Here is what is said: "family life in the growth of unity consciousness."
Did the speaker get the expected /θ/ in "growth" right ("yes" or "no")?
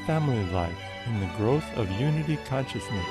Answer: yes